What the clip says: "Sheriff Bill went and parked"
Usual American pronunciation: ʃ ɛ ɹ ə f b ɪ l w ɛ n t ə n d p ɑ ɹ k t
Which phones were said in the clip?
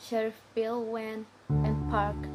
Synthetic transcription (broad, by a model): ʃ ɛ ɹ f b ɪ l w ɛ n ə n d p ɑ ɹ k